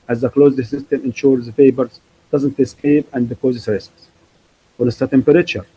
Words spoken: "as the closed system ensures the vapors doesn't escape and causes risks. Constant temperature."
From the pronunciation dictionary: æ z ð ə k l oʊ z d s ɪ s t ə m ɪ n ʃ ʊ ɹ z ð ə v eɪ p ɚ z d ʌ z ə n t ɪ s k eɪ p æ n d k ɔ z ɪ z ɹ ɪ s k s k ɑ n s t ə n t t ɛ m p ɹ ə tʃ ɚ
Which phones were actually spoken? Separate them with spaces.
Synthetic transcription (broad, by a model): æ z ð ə k l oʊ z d s ɪ s t ə m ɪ n ʃ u ɹ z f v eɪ b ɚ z d ʌ z ə n t ɪ s k eɪ p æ n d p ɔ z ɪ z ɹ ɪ s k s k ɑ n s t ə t t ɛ m p ɹ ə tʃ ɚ